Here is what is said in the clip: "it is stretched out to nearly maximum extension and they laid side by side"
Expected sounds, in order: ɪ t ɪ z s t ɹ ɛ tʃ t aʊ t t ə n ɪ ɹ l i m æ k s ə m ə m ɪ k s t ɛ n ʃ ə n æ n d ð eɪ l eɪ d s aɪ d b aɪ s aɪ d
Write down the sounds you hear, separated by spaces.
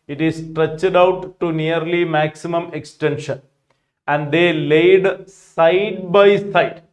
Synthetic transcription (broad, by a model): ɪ t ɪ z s t ɹ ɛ tʃ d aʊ t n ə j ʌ ɹ l i m æ k s ə m ə m ɪ k s t ɛ n ʃ ə n æ n d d eɪ l eɪ d s aɪ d b aɪ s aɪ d